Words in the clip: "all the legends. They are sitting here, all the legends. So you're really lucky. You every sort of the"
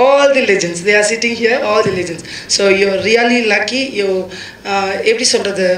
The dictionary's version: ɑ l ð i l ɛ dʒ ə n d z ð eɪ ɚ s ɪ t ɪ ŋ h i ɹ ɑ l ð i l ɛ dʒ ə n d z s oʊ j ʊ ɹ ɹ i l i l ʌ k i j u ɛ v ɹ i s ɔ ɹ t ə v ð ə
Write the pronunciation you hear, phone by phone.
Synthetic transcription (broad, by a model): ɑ l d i l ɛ dʒ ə n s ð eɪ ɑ s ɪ t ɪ ŋ h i ɹ ɑ l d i l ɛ dʒ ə n s oʊ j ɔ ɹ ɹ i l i l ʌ k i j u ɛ p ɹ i s ɔ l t ə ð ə